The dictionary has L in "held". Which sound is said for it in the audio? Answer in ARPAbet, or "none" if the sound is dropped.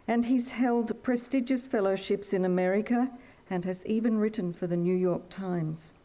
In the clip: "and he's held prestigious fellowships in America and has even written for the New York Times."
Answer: L